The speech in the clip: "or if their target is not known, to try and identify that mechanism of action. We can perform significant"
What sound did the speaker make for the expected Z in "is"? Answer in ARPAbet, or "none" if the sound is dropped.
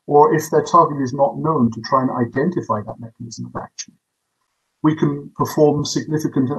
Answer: Z